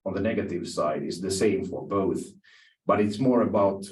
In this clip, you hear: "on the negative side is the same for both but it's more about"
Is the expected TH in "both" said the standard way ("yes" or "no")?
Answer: yes